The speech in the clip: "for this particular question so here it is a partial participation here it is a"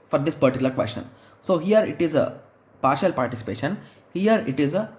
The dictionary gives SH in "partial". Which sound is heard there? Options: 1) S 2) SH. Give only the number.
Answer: 2